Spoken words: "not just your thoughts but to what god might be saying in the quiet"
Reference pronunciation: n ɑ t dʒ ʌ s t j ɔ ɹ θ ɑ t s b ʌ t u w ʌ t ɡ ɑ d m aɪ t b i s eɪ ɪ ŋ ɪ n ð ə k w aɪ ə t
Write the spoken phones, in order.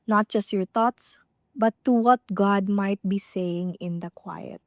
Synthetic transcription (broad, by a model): n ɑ t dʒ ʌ s t j ɔ ɹ t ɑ t s b ʌ t u w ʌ t ɡ ɑ d m aɪ t b i s eɪ ɪ ŋ ɪ n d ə k w aɪ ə t